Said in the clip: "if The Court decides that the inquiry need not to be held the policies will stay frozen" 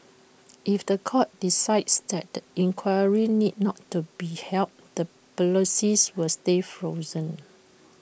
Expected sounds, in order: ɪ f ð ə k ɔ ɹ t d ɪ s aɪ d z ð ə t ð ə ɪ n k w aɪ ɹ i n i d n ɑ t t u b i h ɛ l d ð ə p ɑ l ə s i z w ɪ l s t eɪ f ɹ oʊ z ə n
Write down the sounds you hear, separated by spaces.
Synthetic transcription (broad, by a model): ɪ f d ə k ɔ t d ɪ s aɪ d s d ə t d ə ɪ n k w aɪ ɹ i n i d n ɑ t t u b i h ɛ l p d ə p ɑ l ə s i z w ɪ l s t eɪ f ɹ oʊ z ə n